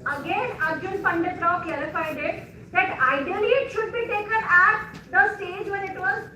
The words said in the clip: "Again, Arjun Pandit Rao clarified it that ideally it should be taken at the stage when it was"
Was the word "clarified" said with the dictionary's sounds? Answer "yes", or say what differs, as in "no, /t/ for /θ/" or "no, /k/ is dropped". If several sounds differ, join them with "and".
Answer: no, /l/ is dropped